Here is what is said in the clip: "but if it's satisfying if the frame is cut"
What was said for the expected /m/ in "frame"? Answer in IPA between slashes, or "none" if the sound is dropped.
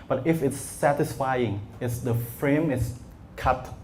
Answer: /m/